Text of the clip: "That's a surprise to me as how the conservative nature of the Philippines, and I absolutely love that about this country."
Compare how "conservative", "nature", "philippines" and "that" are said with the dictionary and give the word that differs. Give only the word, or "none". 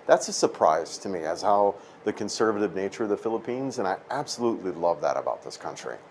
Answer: none